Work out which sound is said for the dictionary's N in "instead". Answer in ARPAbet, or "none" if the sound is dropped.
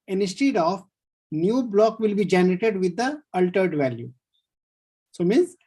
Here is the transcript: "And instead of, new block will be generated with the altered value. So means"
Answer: none